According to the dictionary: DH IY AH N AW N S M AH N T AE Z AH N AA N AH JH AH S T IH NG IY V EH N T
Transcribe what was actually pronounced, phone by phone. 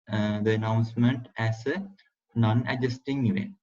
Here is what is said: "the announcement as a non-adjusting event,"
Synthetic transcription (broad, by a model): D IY AH N AW N S M AH N T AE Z AH N AA N AH JH AH S T IH NG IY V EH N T